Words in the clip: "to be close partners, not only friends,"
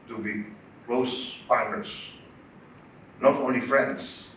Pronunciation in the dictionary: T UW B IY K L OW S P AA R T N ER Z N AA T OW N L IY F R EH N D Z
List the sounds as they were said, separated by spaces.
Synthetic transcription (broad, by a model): T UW B IY K L OW S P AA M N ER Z N AA T OW N L IY F R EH N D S